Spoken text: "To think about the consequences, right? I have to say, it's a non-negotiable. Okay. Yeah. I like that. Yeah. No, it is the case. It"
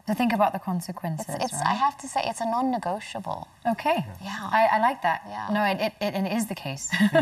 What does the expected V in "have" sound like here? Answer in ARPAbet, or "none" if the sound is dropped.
F